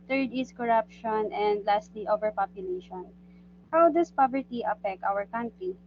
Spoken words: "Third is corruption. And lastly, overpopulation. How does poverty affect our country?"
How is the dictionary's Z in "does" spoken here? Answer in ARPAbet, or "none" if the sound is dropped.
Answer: S